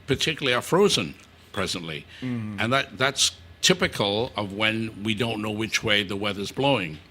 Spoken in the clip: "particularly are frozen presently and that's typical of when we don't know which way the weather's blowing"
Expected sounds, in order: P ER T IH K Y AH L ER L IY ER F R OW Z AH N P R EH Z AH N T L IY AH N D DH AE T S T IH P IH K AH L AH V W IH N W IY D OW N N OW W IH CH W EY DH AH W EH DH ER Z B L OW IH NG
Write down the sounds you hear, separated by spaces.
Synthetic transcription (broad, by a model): P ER T IH K Y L L IY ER F R OW Z AH N P R EH Z AH N T L IY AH N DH DH AE T S T IH P IH K AH L AH V W IH N W IY D OW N N OW W IH CH W EY DH AH W EH DH ER Z B L OW IH NG